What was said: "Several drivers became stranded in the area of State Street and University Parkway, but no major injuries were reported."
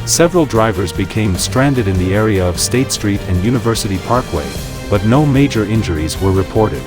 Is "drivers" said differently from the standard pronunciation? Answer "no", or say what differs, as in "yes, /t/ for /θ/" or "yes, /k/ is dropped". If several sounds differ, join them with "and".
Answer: no